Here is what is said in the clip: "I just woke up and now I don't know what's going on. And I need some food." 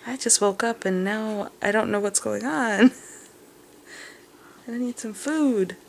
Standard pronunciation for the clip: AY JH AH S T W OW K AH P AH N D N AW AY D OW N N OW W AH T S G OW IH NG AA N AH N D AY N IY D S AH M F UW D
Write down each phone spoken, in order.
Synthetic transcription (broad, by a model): AY JH AH S T W OW K AH P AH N N AW AY D OW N N OW W AH T S G OW IH NG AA N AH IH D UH N IY D S AH M F UW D